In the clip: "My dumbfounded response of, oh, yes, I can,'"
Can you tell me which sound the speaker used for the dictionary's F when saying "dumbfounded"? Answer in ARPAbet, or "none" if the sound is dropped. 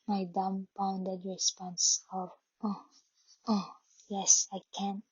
P